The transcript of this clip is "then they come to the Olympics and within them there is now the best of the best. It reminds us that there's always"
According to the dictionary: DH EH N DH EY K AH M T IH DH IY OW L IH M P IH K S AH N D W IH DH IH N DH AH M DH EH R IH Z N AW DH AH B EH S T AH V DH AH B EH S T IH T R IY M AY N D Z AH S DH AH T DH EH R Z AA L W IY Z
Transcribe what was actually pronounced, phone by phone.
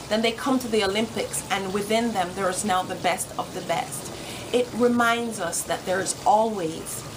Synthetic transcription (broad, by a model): DH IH N DH EY K AH M T IH DH IY OW L IH M P IH K S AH N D W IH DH IH N DH AH M DH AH R IH Z N AW DH AH B EH S T AH V DH AH B EH S T IH T R IY M AY N D Z AH S DH AH T DH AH R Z AA L W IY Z